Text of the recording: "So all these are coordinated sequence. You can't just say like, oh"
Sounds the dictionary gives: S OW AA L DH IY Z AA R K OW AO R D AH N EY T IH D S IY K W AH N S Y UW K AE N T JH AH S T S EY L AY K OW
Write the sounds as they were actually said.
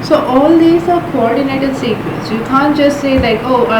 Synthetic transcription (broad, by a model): S OW AA L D IY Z AA R K OW AO R D AH N EY T IH D S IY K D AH S Y UW K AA N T JH AH S T S EY L AY K OW